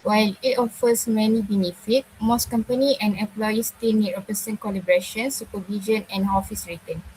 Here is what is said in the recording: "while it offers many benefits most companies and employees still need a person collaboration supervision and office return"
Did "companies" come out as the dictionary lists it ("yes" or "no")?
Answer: no